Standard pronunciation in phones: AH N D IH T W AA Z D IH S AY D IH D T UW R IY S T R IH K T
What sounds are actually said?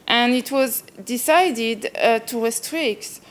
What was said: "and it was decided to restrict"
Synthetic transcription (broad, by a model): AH N IH T W AA Z D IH S AY D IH D T UW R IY S T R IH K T